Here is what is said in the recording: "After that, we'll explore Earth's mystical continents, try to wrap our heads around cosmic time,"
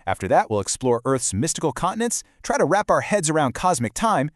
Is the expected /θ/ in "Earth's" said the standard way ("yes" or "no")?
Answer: yes